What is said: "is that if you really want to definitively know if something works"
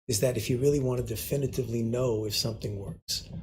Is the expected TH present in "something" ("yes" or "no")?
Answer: yes